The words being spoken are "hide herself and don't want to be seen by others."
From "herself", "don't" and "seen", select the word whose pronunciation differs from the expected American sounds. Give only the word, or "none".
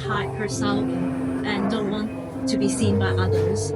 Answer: herself